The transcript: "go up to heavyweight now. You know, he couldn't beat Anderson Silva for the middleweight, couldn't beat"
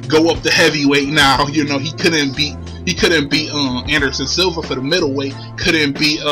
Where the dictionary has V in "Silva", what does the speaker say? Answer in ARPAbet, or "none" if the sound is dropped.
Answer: V